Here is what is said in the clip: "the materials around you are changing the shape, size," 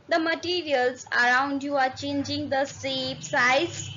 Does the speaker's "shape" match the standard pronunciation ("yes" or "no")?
no